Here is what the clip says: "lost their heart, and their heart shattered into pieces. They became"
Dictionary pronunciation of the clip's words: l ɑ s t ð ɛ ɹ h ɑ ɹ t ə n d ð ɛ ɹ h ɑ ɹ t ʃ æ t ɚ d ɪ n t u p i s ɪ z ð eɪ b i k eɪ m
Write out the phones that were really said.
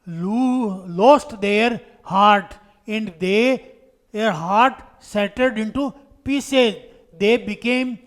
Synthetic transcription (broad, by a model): l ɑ s t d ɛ ɹ h ɑ ɹ t ə n d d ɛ ɹ h ɑ ɹ t s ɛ t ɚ d ɪ n t u p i s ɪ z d eɪ b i k eɪ m